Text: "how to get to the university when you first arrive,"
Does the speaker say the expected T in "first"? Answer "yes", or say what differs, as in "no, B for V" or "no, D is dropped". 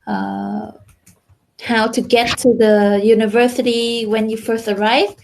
yes